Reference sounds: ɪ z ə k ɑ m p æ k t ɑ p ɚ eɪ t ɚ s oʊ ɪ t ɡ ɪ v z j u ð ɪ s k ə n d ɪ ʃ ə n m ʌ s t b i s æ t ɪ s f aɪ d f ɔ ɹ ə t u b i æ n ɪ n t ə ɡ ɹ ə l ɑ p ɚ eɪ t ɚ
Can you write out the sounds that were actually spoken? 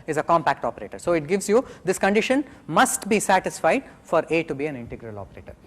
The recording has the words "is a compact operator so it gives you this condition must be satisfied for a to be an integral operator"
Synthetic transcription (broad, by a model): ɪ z ə k ɑ m p æ k t ɑ p ɚ eɪ t ɚ s oʊ ɪ t ɡ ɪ v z j u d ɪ s k ə n d ɪ ʃ ə n m ʌ s t b i s æ t ɪ s f aɪ d f ɔ ɹ ə t u b i æ n ɪ n t ə ɡ ɹ ə l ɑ p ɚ eɪ t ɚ